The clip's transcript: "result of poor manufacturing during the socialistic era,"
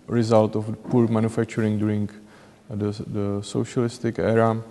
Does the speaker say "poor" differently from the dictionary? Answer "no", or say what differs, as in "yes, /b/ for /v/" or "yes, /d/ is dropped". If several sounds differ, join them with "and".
no